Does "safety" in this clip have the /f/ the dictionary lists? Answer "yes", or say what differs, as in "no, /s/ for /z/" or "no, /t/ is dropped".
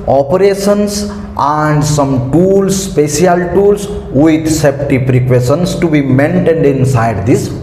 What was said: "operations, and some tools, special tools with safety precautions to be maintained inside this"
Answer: no, /p/ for /f/